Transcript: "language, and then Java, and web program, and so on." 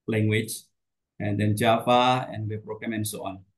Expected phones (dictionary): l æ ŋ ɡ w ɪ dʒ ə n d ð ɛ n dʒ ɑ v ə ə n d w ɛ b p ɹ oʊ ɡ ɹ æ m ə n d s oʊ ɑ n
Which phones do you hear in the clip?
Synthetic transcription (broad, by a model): l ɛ ŋ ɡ w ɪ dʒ ə n d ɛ n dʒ ɑ f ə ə n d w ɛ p ɹ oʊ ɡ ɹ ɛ m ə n s oʊ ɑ n